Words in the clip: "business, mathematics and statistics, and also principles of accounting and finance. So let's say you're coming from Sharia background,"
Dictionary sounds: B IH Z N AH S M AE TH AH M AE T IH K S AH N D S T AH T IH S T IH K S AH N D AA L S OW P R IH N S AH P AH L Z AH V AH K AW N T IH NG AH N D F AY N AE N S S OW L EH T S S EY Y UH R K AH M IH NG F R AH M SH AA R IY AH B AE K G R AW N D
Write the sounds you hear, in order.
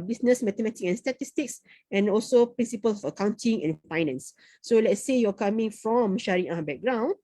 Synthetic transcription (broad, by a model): B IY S N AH S M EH T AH M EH T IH K AH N S T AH T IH S T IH K S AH N AA L S OW P R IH N S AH P AH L S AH F AH K AW N T IH NG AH N F AY N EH N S S OW L EH T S S EY Y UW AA K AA M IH NG F R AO M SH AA R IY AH B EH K G R AW N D